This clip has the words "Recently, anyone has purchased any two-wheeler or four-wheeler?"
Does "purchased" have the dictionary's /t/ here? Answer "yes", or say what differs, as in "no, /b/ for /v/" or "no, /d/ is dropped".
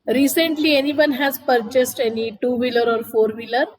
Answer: yes